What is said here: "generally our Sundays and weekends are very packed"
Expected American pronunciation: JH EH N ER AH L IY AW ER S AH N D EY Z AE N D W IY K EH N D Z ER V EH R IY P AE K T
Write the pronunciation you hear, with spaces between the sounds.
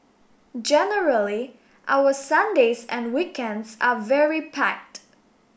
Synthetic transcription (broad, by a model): JH EH N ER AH L IY AW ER S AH N D EY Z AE N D W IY K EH N D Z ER V EH R IY P AE K T